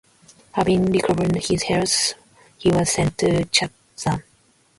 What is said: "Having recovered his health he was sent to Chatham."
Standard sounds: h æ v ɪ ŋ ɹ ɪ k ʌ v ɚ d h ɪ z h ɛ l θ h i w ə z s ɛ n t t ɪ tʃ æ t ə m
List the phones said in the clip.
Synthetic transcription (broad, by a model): h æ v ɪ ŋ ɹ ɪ k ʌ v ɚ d h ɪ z h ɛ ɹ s h i w ə z s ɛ n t t ɪ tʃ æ s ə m